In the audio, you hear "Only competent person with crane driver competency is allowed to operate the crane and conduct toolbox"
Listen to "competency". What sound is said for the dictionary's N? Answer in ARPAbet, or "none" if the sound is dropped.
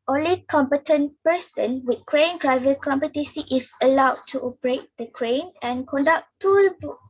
none